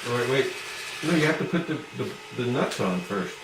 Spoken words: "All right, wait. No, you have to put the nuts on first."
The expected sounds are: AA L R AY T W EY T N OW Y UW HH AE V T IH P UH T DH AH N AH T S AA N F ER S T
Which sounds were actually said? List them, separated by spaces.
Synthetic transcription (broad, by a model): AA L R AY T W EY T N OW Y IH HH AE F T IH P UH T DH AH N AH T S N F ER S T